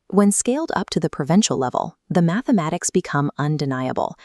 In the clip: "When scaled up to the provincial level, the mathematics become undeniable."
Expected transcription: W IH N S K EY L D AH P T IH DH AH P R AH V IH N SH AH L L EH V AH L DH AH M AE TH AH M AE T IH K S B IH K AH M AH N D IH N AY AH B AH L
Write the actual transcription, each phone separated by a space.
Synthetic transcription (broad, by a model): W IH N S K EY L D AH P T IH DH AH P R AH V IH N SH L L EH V L DH AH M AE TH AH M AE T IH K S B IH K AH M AH N D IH N AY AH B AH L